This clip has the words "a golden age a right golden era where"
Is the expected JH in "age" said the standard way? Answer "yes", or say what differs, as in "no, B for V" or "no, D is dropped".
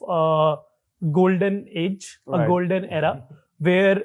yes